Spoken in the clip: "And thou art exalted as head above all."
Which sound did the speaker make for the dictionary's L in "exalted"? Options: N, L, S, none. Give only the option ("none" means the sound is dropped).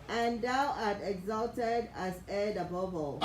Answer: L